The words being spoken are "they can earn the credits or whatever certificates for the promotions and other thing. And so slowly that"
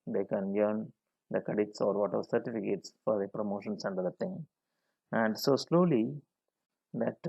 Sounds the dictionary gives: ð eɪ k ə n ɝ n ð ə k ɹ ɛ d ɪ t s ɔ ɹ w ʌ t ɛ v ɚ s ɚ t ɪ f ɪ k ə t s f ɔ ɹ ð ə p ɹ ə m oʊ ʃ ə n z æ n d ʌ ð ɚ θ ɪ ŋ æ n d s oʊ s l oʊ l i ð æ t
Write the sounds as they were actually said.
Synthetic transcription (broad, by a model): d eɪ k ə n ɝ n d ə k ɛ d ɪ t s ɔ ɹ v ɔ t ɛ v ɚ s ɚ t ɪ f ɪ k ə t s f ɔ ɹ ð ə p ɹ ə m oʊ ʃ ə n s æ n d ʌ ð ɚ t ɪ ŋ æ n d s oʊ s l oʊ l i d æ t